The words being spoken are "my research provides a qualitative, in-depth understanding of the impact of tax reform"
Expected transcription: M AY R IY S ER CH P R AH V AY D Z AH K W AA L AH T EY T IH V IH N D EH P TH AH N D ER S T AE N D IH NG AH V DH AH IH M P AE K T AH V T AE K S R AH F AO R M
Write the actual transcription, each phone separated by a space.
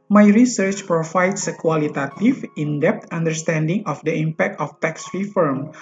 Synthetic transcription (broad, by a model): M AY R IY S ER CH P R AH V AY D S AH K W AA L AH T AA T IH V IH N D EH P T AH N D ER S T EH N D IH NG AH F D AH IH M P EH K T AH F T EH K S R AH F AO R M